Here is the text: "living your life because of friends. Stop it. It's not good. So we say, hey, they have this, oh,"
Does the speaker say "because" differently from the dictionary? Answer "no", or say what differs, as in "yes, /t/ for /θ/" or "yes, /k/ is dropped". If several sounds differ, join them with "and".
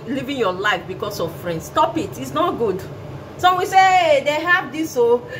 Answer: yes, /s/ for /z/